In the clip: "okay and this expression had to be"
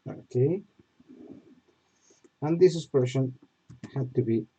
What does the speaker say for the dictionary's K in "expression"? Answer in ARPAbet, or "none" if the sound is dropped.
none